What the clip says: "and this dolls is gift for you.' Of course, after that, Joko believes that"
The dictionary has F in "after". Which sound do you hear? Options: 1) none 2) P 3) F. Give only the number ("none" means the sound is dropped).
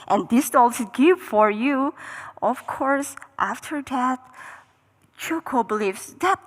3